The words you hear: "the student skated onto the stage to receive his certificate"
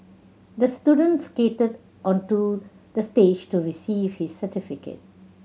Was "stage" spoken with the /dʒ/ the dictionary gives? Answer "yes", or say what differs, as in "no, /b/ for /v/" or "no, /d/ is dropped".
yes